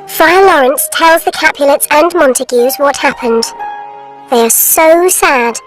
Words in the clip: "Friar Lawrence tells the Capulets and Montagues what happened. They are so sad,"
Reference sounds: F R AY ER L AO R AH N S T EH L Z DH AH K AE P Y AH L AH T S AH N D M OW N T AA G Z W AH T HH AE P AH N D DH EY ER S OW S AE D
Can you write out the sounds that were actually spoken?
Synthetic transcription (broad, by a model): F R AY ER L AO R AH N S T EH L Z DH AH K AE P Y AH L AH T S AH N M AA N T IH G Z W AH T HH AE P AH N D DH EY ER S OW S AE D